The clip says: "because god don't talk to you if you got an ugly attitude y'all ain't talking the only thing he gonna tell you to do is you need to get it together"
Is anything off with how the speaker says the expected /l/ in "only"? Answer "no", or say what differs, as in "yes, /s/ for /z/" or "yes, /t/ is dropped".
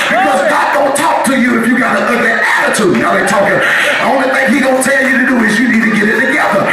yes, /l/ is dropped